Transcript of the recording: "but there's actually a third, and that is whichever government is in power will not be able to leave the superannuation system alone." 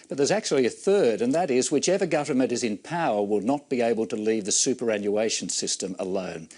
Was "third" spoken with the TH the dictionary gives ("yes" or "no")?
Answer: yes